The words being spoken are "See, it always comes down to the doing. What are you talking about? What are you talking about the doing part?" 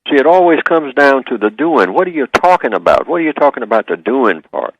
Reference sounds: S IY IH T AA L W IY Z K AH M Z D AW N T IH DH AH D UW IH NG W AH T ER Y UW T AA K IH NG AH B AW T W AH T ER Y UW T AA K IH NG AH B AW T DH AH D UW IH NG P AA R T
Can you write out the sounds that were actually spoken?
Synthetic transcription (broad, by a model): S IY IH T AA L W IY Z K AH M Z D AW N T IH DH AH D UW IH NG W AH T ER Y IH T AA K IH NG AH B AW T W AH T ER Y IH T AA K IH NG AH B AW T DH AH D UW IH NG P AA R T